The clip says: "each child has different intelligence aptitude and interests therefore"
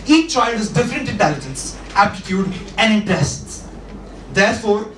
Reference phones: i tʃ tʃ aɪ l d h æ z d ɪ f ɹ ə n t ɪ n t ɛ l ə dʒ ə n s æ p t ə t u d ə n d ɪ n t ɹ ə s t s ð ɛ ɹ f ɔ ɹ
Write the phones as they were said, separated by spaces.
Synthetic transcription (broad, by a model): i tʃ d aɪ d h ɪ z d ɪ f ɹ ə n t ɪ n t ɛ l ə dʒ ə n s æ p t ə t u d ə n d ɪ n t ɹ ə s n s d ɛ ɹ f ɔ ɹ